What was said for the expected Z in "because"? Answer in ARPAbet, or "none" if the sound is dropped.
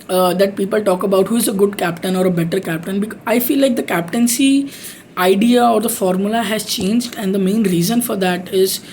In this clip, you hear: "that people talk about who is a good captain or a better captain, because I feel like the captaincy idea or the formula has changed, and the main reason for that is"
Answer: none